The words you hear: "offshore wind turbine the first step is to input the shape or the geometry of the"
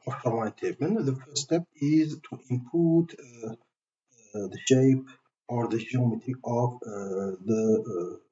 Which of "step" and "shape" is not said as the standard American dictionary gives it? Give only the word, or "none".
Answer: none